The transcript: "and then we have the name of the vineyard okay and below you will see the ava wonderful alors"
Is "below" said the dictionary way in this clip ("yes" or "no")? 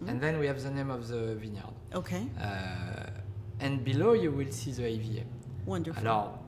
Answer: yes